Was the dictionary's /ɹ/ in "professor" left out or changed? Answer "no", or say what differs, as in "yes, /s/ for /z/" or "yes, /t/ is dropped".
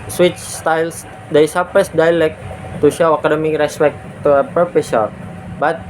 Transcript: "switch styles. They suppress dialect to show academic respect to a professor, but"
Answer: yes, /ɹ/ is dropped